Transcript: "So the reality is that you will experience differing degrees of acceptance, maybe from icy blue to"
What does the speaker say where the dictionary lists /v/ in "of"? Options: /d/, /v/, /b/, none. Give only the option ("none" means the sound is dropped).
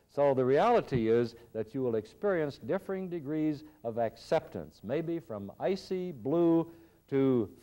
/v/